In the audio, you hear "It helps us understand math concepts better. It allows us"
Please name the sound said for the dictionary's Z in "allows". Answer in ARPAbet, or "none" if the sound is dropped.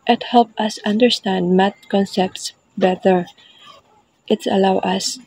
none